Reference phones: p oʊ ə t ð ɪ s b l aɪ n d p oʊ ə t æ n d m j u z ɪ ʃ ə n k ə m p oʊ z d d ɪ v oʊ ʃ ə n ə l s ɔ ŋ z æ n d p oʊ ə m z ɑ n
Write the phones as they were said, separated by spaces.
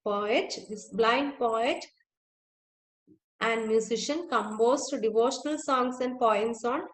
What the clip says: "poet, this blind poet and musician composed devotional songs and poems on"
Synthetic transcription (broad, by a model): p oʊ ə t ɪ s b l aɪ n d p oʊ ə t æ n d m j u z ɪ ʃ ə n k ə m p oʊ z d d ɪ v oʊ ʃ ə n ə l s ɔ ŋ s æ n d p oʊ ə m s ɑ n